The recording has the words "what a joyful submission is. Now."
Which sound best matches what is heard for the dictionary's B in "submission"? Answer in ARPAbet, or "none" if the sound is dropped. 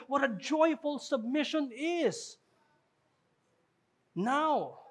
B